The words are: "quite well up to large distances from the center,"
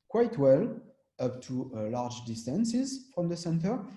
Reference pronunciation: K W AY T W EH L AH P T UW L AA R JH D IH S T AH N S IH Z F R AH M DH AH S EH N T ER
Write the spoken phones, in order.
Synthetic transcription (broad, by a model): K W AY T W EH L AH P T UW L AA R JH D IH S T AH N S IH Z F R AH M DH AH S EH N T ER